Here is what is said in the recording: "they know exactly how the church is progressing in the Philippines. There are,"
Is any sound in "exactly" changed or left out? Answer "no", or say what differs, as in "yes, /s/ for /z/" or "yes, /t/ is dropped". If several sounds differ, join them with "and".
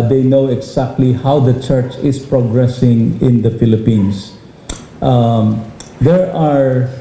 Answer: yes, /s/ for /z/